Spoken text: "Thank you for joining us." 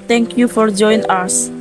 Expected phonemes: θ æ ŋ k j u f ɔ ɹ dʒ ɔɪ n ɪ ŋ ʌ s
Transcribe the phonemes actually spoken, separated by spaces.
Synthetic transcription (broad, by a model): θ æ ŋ k j u f ɔ ɹ dʒ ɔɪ ɪ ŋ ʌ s